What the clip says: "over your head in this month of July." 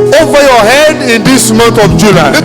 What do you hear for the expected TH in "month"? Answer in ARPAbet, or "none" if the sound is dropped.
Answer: T